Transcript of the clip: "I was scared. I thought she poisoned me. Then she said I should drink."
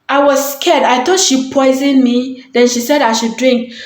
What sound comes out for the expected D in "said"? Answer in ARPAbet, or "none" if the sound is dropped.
D